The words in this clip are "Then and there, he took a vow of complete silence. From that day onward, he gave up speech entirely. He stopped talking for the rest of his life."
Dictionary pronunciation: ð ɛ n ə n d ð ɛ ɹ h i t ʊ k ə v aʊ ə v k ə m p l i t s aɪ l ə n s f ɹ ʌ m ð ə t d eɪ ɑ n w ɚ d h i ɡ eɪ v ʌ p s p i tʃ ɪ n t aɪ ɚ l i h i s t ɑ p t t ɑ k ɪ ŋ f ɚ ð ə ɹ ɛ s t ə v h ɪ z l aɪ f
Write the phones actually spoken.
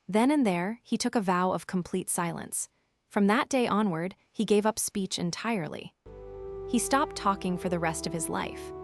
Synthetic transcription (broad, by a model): ð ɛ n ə n ð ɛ ɹ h i t ʊ k ə v aʊ ə v k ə m p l i t s aɪ l ə n s f ɹ ʌ m ð ə t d eɪ ɑ n w ɚ d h i ɡ eɪ v ʌ p s p i tʃ ɪ n t aɪ ɚ l i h i s t ɑ p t t ɑ k ɪ ŋ f ɚ ð ə ɹ ɛ s t ə v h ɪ z l aɪ f